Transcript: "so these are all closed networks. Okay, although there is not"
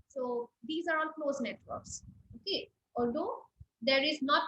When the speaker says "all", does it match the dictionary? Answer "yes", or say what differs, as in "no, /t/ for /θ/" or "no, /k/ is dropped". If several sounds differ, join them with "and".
no, /n/ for /l/